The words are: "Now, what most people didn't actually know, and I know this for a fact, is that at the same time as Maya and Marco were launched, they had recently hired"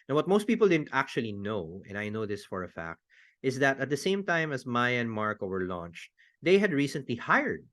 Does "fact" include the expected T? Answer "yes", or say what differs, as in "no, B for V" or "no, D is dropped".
yes